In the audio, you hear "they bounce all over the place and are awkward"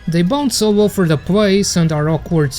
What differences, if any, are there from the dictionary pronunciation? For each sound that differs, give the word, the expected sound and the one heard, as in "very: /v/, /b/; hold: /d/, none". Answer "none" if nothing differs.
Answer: over: /v/, /f/